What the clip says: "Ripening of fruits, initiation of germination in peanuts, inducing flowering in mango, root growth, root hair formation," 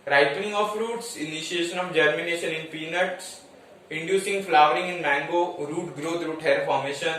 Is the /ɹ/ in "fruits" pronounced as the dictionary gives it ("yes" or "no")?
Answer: yes